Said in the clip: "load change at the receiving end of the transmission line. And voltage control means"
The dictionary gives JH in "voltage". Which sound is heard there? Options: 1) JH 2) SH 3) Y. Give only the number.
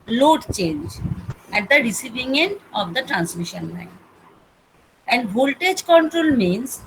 1